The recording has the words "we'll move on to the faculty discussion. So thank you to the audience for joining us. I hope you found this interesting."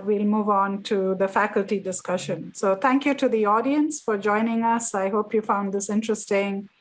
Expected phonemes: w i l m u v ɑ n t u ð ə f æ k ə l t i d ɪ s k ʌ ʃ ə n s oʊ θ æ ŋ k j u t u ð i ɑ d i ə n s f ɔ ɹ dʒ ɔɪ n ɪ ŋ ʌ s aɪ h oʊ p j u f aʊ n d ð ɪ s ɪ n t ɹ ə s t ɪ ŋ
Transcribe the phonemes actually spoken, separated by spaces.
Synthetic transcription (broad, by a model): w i l m u v ɑ n t u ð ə f æ k ə l t i d ɪ s k ʌ ʃ ə n s oʊ t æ ŋ k j u t u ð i ɑ d i ə n s f ɔ ɹ dʒ ɔɪ n ɪ ŋ ʌ s aɪ h oʊ p j u f aʊ n d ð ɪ s ɪ n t ɹ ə s t ɪ ŋ